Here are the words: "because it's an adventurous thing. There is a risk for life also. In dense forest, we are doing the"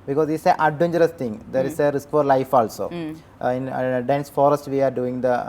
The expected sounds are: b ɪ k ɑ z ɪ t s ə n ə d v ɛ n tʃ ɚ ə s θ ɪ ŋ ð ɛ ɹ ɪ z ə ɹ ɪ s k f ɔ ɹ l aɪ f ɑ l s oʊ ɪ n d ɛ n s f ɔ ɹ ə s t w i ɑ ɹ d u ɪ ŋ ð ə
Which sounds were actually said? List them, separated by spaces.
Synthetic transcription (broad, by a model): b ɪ k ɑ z ɪ t s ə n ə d ɛ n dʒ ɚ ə s t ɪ ŋ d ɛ ɹ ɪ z ə ɹ ɪ s k f ɔ ɹ l aɪ f ɑ l s oʊ ɪ n d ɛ n s f ɔ ɹ ə s t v i ɑ ɹ d u ɪ ŋ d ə